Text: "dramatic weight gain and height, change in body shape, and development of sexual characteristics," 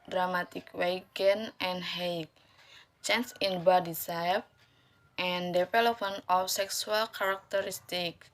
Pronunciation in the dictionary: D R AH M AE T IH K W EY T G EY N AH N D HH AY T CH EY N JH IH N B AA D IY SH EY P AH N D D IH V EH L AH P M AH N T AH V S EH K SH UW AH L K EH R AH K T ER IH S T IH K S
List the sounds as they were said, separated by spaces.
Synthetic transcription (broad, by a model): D R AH M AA T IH K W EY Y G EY N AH N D HH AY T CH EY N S IH N B AA D IY S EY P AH N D D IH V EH L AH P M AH N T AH F S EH K S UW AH L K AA R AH K T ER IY S T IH K